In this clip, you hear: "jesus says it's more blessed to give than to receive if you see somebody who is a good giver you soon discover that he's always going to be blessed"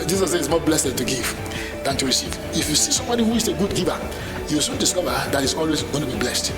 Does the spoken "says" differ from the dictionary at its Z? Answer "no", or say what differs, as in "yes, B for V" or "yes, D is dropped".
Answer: yes, Z is dropped